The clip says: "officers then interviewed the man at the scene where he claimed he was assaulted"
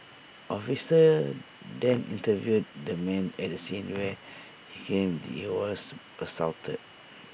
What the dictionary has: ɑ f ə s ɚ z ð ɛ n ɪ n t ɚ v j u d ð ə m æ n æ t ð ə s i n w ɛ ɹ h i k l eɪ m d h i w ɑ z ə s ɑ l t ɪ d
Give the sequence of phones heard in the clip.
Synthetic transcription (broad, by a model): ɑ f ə s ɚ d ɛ n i n t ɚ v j u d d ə m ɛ n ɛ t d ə s i n w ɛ h i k eɪ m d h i w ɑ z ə s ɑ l t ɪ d